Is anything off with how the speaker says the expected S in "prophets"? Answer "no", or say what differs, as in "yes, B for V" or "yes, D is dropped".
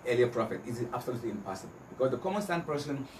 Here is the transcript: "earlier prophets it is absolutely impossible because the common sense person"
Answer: yes, S is dropped